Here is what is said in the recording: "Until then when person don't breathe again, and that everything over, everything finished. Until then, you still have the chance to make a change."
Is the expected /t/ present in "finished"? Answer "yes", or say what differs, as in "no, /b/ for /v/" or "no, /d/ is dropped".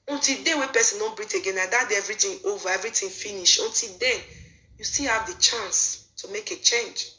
no, /t/ is dropped